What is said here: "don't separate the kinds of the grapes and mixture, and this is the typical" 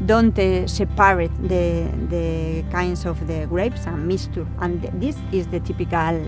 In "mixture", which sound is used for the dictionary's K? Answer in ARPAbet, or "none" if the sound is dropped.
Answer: none